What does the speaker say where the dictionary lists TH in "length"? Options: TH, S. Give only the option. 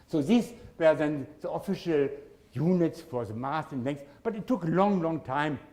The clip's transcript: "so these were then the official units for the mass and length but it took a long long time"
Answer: S